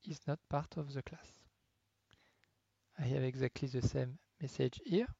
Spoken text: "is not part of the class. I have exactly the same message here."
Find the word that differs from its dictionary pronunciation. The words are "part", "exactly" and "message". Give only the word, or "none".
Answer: none